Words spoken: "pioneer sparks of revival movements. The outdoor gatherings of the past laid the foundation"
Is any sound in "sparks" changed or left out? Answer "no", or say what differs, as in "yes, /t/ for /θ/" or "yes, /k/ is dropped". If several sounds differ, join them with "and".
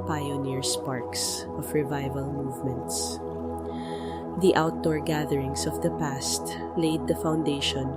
no